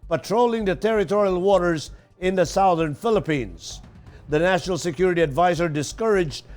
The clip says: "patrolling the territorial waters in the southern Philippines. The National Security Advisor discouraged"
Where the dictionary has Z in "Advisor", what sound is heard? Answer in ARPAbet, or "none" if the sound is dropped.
Z